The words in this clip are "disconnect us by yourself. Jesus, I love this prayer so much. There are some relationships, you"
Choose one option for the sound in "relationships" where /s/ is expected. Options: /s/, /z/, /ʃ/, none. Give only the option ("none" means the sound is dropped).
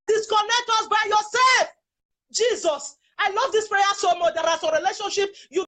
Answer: none